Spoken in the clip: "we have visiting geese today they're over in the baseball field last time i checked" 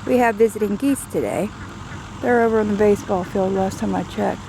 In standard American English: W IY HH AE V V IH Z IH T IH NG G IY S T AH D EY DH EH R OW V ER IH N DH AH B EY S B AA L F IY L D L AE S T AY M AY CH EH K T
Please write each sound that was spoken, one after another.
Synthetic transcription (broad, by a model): W IY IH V V IH Z IH T IH NG G IY S T AH D EY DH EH R OW V ER IH N DH AH B EY S B AA L F IY L D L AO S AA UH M AY CH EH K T